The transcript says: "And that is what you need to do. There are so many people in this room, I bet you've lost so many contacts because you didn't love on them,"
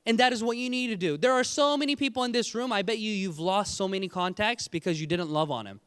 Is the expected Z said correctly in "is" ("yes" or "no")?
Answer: yes